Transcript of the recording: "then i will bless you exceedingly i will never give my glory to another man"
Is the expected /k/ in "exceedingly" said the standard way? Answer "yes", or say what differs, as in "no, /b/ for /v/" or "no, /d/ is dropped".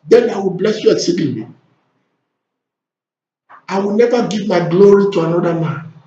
no, /k/ is dropped